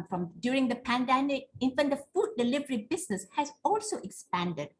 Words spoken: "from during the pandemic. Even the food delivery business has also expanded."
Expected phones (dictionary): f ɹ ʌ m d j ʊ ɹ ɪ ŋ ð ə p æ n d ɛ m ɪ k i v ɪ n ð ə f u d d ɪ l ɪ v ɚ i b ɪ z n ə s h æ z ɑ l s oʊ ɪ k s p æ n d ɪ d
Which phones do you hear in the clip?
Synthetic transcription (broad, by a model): f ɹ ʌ m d j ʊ ɹ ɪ ŋ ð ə p æ n d ɛ m ɪ k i f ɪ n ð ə f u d d ɪ l ɪ v ɚ i b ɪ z n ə s h æ z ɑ l s oʊ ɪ k s p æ n d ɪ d